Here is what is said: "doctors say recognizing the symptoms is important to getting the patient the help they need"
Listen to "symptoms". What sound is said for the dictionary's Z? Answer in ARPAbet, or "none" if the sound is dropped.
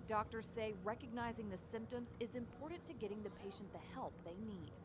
Z